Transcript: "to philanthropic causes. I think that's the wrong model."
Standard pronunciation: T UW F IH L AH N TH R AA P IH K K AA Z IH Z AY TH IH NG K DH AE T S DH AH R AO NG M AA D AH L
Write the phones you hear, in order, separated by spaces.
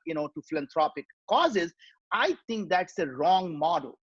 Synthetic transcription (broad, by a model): T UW F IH L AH N T R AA P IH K K AA Z IH Z AY T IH NG K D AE T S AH R AO NG M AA D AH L